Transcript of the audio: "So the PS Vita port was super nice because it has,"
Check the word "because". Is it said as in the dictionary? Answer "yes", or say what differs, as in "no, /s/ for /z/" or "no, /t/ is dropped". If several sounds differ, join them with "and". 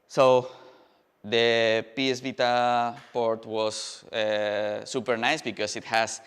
no, /s/ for /z/